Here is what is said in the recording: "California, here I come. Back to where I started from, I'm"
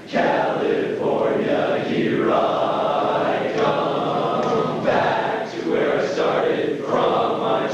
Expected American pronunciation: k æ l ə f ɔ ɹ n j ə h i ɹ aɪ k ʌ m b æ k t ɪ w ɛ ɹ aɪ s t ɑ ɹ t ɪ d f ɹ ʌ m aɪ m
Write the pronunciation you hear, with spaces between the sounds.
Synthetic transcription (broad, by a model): k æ l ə f ɔ ɹ n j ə h i ɹ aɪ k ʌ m b æ k t ɪ w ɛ ɹ aɪ s t ɑ ɹ t ɪ d f ɹ ʌ m aɪ